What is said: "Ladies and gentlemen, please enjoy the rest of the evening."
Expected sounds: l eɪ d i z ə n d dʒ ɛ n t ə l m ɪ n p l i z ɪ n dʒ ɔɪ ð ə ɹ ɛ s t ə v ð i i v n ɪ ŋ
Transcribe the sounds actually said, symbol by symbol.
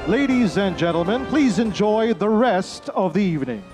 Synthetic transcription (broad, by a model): l eɪ d i z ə n dʒ ɛ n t l m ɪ n p l i z ɪ n dʒ ɔɪ ð ə ɹ ɛ s t ə v ð i i v n ɪ ŋ